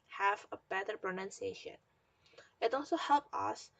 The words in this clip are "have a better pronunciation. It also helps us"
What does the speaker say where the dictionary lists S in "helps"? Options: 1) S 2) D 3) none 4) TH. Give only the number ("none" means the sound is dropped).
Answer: 3